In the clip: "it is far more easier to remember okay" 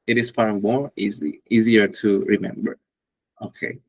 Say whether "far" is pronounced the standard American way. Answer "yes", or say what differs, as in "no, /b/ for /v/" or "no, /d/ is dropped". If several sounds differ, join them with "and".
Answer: no, /p/ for /f/